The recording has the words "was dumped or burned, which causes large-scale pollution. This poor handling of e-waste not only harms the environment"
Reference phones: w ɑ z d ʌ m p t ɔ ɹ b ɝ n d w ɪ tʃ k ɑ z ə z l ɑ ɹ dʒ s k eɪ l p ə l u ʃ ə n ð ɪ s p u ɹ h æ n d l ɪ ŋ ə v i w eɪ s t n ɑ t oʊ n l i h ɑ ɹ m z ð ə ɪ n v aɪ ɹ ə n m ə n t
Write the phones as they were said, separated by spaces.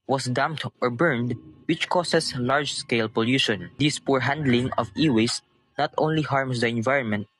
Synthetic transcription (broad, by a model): w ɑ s d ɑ m p t ɔ ɹ b ɝ n d w ɪ tʃ k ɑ s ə s l ɑ ɹ dʒ s k eɪ l p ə l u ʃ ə n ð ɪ s p u ɹ h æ n d l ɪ ŋ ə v i w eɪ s n ɑ t oʊ n l i h ɑ ɹ m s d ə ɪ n v aɪ ɹ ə n m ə n t